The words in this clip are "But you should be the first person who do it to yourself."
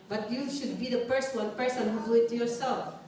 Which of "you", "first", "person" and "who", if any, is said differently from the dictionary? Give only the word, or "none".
first